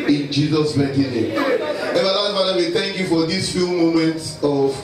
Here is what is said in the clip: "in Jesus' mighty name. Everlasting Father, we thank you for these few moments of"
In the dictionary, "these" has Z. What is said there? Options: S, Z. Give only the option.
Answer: S